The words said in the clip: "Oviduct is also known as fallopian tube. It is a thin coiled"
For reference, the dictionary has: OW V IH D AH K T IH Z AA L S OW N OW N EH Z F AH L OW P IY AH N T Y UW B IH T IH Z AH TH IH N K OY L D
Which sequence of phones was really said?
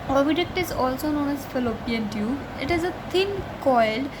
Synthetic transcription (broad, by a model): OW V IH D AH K T IH Z AA L S OW N OW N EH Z F AH L OW P IY AH N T Y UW IH T IH Z AH T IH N K OY L D